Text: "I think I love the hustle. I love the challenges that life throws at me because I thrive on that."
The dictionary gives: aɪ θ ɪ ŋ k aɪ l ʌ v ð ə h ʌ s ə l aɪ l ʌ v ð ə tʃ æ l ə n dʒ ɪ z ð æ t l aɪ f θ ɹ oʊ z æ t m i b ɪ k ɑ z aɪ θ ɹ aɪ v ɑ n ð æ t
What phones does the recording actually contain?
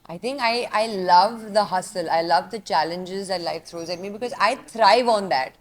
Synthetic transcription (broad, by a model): aɪ t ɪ ŋ k aɪ l ʌ v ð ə h ʌ s ə l aɪ l ʌ v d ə tʃ æ l ə n dʒ ɪ z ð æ t l aɪ f t ɹ oʊ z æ t m i b ɪ k ɑ z aɪ t ɹ aɪ v ɑ n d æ t